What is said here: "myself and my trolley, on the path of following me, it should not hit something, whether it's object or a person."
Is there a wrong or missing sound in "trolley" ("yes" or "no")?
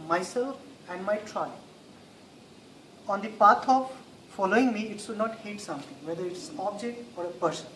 yes